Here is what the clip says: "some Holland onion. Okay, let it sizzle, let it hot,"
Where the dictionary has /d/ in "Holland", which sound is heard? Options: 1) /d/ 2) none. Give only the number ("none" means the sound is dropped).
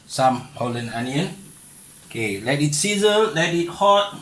2